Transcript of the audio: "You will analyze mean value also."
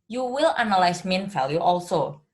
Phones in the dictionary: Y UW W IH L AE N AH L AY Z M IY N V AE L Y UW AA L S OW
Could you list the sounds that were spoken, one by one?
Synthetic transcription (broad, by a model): Y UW W IH L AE N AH L AY S M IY N F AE L Y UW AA L S OW